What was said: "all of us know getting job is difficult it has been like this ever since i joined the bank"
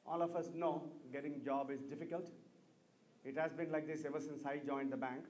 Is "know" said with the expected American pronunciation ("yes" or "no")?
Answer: yes